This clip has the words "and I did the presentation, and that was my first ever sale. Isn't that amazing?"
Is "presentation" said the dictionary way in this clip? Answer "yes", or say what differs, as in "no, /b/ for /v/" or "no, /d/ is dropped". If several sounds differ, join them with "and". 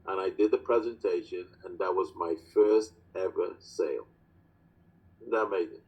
yes